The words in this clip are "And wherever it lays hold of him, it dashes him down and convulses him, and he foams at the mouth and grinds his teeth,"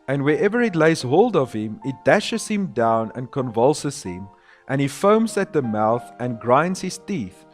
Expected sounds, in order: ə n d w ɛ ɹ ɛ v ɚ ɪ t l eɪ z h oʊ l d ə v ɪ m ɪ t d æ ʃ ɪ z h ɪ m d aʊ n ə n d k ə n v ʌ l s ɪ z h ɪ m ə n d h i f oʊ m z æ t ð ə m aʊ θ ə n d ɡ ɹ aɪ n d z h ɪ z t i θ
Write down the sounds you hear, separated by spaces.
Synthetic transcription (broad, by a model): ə n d w ɛ ɹ ɛ v ɚ ɪ t l eɪ z h oʊ l d ə v ɪ m ɪ t d æ ʃ ɪ z h ɪ m d aʊ n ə n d k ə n v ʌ l s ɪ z h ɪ m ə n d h i f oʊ m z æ t ð ə m aʊ θ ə n ɡ ɹ aɪ n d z h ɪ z t i θ